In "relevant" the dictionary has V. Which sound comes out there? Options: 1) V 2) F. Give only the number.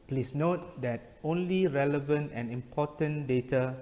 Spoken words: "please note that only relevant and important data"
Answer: 1